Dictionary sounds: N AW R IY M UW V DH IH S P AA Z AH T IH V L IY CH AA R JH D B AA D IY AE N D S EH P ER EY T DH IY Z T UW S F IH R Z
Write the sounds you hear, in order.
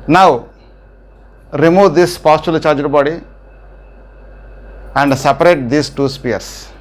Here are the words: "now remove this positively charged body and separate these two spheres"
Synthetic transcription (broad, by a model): N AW R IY M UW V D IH S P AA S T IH L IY CH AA R JH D B AA D IY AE N D S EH P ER EY T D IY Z T UW S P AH R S